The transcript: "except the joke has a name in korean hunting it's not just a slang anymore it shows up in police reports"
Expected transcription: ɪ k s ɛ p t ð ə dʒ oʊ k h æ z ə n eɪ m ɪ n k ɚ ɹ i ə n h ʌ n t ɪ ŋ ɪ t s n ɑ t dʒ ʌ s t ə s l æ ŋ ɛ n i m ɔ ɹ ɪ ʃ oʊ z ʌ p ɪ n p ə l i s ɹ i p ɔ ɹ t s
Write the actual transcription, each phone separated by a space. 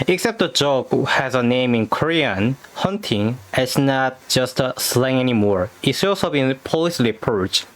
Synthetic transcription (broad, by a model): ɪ k s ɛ p t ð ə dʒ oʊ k h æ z ə n eɪ m ɪ n k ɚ ɹ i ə n h ʌ n t ɪ ŋ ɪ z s n ɑ t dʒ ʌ s t s l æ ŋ ɛ n i m ɔ ɹ ɪ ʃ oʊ s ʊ b ɪ n p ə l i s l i p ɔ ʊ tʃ